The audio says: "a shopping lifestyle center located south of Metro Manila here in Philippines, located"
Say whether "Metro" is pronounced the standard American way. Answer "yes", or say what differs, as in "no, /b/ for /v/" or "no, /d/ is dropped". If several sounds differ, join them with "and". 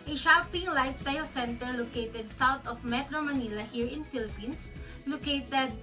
yes